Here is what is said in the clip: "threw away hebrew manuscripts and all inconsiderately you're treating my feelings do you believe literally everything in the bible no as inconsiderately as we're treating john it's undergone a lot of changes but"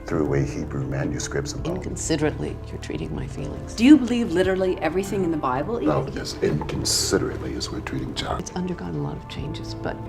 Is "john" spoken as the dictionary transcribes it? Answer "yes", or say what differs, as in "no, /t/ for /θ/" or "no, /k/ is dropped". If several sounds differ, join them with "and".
no, /n/ is dropped